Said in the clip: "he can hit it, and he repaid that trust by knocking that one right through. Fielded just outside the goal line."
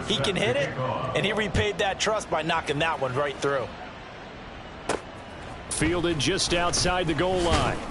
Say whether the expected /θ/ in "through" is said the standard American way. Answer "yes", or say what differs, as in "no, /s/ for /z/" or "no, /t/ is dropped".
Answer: yes